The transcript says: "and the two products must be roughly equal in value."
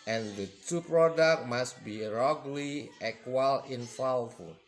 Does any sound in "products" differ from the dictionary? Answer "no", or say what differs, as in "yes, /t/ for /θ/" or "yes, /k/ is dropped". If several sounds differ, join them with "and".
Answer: yes, /s/ is dropped